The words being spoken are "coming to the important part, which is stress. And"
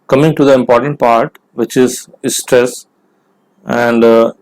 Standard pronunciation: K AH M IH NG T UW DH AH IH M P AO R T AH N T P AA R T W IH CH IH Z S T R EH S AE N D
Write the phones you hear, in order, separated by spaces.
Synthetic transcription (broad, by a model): K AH M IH NG T UW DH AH IH M P AO R T AH N T P AA R T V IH CH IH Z S T R EH S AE N D